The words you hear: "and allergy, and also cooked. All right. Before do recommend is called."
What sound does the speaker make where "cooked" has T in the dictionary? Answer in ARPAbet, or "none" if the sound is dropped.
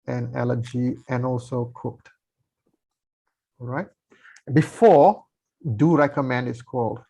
T